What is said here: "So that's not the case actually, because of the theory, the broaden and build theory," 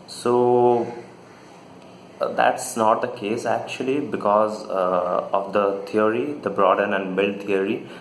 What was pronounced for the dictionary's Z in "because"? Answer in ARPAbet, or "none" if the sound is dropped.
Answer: Z